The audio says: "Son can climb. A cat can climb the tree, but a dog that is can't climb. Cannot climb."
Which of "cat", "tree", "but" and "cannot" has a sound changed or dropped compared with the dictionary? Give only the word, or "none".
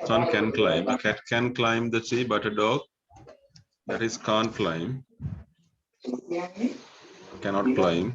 tree